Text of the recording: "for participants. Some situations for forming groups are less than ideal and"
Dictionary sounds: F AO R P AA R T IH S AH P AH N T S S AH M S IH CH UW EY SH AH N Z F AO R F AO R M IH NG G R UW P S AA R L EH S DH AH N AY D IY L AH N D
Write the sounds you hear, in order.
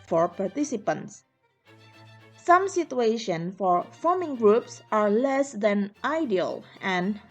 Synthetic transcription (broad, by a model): F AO R P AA R T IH S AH P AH N T S S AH M S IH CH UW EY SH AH N F AO R F AO R M IH NG G R UW P S AA R L EH S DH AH N AY D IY L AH N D